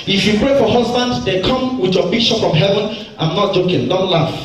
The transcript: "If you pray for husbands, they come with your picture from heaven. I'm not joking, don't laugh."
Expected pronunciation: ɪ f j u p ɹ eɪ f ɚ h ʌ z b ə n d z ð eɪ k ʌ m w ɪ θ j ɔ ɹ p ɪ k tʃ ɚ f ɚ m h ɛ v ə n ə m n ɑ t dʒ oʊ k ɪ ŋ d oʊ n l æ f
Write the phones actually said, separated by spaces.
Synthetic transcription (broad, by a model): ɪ f j u p ɹ eɪ f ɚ h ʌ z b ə n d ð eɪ k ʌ m w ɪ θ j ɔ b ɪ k ʃ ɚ p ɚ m h ɛ v ə n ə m n ɑ t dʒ oʊ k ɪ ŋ d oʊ n l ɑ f